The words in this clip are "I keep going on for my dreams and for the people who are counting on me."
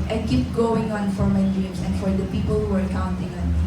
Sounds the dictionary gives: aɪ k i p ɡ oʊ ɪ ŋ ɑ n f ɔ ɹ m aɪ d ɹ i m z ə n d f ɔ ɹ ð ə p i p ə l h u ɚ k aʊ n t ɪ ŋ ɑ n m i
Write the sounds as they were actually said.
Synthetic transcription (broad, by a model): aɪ k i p ɡ oʊ ɪ ŋ ɑ n f ɔ ɹ m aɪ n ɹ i z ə n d f ɔ ɹ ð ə p i p ə l h u ɚ k aʊ n t ɪ ŋ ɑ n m